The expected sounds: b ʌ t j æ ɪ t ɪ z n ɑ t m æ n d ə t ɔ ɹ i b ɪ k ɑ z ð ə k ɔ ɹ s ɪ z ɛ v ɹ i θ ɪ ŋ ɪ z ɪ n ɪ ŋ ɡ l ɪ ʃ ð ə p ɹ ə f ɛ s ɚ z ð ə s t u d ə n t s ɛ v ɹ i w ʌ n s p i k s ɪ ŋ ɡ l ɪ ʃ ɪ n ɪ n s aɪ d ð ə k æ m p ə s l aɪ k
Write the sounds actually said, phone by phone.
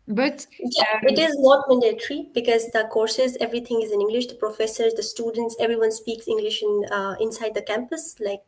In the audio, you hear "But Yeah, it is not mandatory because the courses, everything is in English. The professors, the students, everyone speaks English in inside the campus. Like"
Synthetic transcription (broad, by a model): b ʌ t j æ ɪ t ɪ z n ɑ t m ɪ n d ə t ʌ ɹ i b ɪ k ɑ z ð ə k ɔ ɹ s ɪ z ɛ v ɹ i t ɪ ŋ ɪ z ɪ n ɪ ŋ ɡ l ɪ ʃ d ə p ɹ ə f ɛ s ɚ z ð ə s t u d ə n t s ɛ v ɹ i w ʌ n s p i k s ɪ ŋ ɡ l ɪ ʃ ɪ n ɪ n s aɪ d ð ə k æ m p ə s l aɪ k